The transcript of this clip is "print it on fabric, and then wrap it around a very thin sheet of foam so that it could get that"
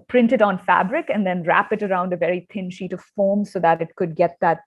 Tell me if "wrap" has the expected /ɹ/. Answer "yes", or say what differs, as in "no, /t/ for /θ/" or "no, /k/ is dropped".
yes